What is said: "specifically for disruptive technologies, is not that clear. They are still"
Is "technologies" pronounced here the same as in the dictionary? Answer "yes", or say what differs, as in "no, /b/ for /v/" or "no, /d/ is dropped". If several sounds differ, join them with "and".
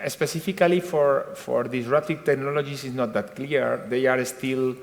no, /s/ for /z/